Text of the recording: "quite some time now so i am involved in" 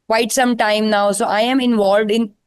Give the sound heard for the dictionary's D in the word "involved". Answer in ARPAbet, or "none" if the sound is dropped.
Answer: D